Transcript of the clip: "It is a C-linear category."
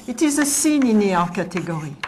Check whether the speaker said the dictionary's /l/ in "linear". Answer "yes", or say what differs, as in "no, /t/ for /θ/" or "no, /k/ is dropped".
no, /n/ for /l/